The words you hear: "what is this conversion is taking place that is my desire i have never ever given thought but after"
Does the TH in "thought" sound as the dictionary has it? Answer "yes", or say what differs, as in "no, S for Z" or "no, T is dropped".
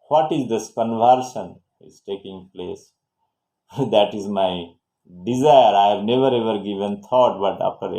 no, T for TH